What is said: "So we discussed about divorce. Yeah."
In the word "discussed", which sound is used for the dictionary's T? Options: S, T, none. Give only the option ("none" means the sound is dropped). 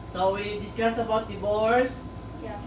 none